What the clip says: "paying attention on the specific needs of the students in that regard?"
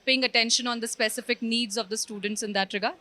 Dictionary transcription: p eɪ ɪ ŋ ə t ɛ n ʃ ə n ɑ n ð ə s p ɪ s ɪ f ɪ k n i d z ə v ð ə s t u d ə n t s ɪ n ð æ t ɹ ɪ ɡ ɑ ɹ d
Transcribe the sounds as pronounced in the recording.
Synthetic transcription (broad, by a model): p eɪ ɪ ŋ ə t ɛ n ʃ ə n ɑ n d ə s p ɪ s ɪ f ɪ k n i d z ə v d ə s t u d ə n t s ɪ n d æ t ɹ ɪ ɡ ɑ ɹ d